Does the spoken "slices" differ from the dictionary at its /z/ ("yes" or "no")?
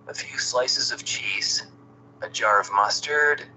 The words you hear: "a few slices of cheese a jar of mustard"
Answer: no